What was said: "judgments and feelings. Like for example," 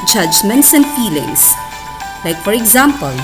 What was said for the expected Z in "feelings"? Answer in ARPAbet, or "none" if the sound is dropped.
S